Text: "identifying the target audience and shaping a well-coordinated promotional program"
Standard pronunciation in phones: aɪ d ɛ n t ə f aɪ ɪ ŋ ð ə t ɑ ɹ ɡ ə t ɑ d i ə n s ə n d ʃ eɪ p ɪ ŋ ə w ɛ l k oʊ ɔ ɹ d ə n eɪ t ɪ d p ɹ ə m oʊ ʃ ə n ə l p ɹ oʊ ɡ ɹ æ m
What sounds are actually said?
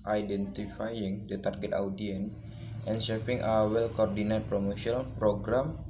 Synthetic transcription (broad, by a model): aɪ d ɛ n t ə f aɪ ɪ ŋ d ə t ɑ ɹ ɡ ə t ɑ d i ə n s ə n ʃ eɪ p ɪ ŋ ə w ɛ l k oʊ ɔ ɹ d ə n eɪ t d p ɹ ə m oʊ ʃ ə ə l p ɹ oʊ ɡ ɹ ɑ m